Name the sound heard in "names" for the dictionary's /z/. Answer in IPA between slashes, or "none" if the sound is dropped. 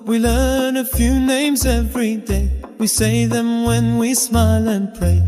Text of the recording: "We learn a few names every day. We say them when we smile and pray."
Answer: /z/